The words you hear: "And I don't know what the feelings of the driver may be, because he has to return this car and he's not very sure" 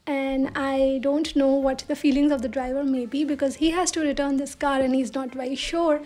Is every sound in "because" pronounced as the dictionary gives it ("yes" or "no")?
yes